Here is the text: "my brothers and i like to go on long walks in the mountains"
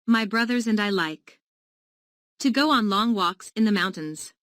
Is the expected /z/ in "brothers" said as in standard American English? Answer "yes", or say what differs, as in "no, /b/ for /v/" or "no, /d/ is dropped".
yes